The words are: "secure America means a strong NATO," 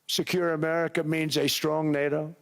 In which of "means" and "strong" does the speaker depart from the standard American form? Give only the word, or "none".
none